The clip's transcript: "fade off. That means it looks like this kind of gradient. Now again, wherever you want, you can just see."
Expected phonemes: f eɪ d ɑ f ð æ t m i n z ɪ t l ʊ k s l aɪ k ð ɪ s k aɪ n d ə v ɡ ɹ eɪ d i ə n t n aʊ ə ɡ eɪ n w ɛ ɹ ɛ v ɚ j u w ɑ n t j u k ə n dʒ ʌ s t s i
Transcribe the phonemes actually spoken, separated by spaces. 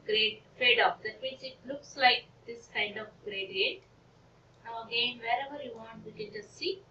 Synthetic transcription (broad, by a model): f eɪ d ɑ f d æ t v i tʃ ɪ t l ʊ k s l aɪ k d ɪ s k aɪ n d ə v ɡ ɹ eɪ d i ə t n aʊ ə ɡ eɪ n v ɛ ɹ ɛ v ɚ j u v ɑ n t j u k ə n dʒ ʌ s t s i